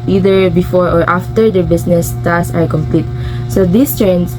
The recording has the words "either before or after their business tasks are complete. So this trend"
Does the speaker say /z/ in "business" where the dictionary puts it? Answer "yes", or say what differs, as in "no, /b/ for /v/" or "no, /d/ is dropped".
no, /s/ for /z/